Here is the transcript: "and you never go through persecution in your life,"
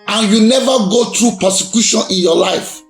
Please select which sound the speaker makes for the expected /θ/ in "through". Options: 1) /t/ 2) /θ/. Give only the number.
1